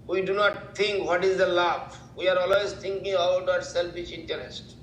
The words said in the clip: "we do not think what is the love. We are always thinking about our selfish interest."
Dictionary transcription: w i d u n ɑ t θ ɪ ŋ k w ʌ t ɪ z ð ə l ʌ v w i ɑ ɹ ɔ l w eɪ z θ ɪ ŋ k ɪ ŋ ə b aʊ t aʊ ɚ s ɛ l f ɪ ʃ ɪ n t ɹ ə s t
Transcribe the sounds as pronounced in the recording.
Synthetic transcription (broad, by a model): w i d u n ɑ t t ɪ ŋ k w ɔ t ɪ z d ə l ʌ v w i ɑ ɹ ɔ l w eɪ z t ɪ ŋ k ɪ ŋ ə b aʊ t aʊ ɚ s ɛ l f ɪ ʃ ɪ n t ɹ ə s t